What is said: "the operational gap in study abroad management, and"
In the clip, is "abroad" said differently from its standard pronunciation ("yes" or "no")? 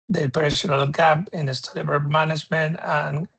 yes